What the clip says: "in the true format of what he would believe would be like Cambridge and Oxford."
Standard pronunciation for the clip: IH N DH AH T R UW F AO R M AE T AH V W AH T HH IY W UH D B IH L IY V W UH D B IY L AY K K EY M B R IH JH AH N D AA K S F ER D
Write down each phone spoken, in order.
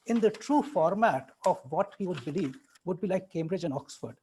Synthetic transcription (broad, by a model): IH N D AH T R UW F AO R M AE T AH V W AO T HH IY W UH D B IH L IY V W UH D B IY L AY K K EY M B R IH JH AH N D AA K S F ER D